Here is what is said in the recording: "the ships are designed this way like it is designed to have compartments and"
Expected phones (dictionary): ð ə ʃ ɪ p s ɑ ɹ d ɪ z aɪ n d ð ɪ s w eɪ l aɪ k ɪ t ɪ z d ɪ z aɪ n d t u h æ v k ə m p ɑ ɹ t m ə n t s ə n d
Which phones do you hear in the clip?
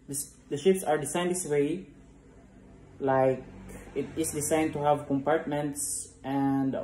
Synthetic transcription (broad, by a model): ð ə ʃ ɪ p s ɑ ɹ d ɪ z aɪ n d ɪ s w eɪ l aɪ k ɪ t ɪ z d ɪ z aɪ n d t u h æ v k ə m p ɑ ɹ t m ə n t s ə n d